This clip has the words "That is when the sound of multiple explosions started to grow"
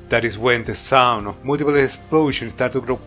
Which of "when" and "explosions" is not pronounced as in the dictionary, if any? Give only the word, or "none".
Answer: explosions